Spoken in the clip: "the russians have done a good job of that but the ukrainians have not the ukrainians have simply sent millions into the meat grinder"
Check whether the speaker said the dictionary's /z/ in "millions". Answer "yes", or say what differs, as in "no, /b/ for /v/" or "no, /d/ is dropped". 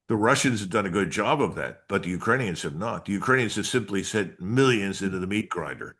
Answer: yes